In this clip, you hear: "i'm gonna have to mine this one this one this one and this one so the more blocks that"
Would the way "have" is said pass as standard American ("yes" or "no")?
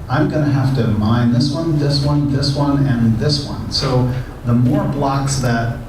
no